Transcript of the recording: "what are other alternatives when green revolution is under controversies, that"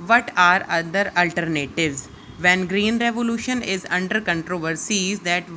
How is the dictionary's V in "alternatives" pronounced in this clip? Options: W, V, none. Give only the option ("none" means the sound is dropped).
V